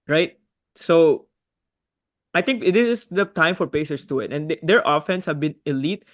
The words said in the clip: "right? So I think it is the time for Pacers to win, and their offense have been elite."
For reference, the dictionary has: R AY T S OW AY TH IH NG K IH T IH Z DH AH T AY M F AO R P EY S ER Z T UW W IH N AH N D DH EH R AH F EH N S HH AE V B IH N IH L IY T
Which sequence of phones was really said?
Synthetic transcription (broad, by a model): R AY T S OW AY T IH NG K IH T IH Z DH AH T AY M F AO R P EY S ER S T UW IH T AH N D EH R AH F EH N S HH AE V B IH N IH L IY T